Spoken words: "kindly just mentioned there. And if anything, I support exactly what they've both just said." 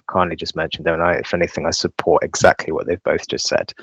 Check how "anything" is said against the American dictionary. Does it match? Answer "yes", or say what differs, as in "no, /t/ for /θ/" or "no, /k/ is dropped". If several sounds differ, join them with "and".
yes